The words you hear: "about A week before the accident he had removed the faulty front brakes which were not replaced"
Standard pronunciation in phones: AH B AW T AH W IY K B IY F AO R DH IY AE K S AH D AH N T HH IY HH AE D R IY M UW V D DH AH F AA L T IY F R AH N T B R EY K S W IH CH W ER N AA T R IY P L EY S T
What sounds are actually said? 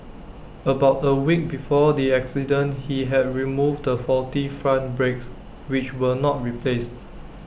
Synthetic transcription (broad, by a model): AH B AW T AH W IY K B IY F AO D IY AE K S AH D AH N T HH IY HH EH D R IY M UW V D AH F AA T IY F R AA N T B R EY K S W IH CH W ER N AA T R IY P L EY S T